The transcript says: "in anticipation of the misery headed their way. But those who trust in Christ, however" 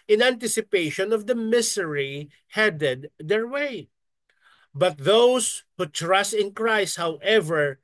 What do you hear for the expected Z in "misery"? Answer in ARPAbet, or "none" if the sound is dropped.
S